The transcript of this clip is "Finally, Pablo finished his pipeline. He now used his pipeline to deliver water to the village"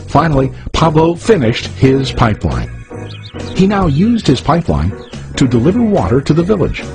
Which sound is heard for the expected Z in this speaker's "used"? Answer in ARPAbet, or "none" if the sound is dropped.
Z